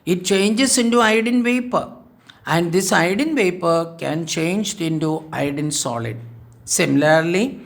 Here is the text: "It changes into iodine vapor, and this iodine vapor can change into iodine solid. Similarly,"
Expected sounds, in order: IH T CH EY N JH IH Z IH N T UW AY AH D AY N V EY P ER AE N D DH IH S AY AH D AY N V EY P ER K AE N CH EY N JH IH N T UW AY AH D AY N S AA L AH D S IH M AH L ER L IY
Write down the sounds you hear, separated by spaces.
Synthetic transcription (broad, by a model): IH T CH EY N JH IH S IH N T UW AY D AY N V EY P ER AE N D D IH S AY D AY N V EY P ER K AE N CH EY N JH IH N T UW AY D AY N S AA L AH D S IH M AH L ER L IY